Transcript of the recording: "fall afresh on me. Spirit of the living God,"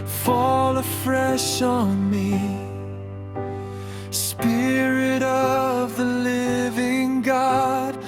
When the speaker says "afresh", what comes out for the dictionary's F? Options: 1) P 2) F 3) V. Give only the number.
2